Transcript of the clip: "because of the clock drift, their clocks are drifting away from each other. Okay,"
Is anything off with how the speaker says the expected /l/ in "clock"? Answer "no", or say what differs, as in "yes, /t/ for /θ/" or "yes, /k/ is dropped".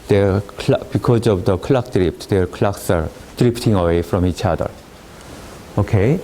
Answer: no